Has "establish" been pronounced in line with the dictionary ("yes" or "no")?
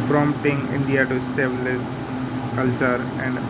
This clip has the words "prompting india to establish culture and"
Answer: no